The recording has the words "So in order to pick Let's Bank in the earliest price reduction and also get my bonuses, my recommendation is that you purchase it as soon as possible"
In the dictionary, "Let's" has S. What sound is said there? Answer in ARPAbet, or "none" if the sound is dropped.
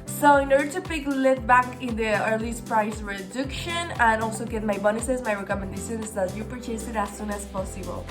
none